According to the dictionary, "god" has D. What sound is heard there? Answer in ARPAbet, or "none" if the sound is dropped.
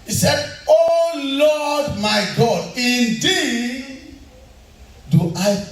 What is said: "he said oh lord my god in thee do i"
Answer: D